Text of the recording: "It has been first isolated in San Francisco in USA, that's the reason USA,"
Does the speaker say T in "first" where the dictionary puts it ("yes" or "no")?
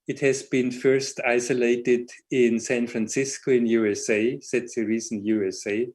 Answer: yes